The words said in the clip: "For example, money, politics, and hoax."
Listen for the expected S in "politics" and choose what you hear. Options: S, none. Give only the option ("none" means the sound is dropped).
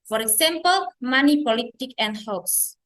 none